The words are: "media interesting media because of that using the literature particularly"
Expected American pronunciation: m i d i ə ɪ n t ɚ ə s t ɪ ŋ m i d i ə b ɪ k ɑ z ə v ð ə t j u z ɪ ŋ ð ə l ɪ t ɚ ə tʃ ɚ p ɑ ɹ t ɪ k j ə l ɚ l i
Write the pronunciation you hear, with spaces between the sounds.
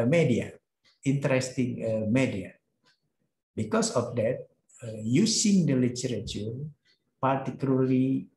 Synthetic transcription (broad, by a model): m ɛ d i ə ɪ n t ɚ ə s t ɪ ŋ m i d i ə b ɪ k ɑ s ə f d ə t j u s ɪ ŋ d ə l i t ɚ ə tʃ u p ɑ ɹ t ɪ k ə l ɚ l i